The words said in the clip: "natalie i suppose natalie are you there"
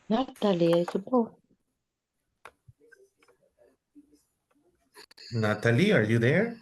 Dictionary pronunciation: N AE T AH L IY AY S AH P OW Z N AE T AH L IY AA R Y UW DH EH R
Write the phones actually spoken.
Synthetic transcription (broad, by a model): N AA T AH L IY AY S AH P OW N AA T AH L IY AA R Y UW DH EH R